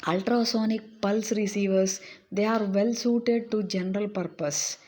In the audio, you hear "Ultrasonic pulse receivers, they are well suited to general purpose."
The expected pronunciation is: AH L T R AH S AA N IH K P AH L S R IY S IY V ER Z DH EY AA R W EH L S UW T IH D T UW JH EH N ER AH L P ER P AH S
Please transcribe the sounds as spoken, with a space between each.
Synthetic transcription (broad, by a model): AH L T R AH S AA N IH K P AH L S R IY S IY V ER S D EY AA R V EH L S UW T IH D T UW JH EH N ER AH L P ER P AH S